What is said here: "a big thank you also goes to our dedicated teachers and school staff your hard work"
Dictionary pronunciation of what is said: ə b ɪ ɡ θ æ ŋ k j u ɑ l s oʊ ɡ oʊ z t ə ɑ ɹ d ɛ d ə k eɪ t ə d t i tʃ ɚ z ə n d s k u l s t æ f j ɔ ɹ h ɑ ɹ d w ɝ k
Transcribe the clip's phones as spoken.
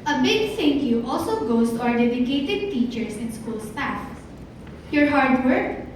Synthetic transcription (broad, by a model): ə b ɪ ɡ s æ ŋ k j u ɑ l s oʊ ɡ oʊ s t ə ɑ ɹ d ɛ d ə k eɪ t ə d t i tʃ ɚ s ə n s k u l s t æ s j ɔ ɹ h ɑ ɹ d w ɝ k